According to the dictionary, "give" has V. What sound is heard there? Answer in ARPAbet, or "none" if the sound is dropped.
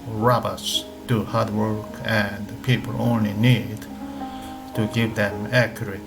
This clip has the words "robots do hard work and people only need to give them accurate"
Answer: V